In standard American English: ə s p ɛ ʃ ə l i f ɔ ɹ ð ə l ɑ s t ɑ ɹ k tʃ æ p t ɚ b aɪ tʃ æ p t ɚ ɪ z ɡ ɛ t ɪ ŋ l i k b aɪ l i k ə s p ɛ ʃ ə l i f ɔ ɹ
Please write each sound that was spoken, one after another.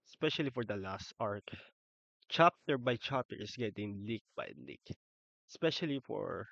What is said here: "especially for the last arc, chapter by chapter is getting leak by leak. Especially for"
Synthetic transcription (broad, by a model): s p ɛ ʃ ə l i f ɔ ɹ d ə l ɑ s t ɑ ɹ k tʃ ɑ p t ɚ b aɪ tʃ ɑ p t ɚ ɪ s ɡ ɛ t ɪ ŋ l i k b aɪ l i k s p ɛ ʃ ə l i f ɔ ɹ